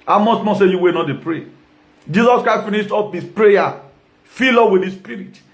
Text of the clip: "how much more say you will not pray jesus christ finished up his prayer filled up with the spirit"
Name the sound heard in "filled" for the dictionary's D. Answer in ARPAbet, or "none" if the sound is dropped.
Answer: none